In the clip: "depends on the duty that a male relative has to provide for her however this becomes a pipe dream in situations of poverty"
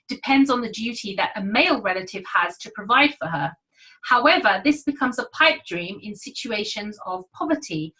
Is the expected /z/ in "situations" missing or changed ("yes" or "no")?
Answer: no